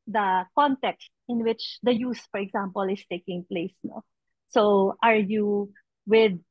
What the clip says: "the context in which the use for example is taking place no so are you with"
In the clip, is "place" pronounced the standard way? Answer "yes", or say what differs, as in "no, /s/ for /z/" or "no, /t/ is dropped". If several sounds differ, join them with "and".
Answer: yes